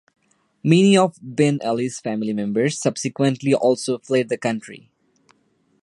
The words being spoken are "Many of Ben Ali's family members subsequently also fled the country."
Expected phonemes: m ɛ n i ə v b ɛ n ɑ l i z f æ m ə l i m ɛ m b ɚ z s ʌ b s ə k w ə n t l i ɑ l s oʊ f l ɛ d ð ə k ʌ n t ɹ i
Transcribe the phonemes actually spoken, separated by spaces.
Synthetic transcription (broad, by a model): m ɛ n i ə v b ɛ n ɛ l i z f æ m ə l i m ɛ m b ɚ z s ʌ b s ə k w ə n t l i ɑ l s oʊ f l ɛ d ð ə k ʌ n t ɹ i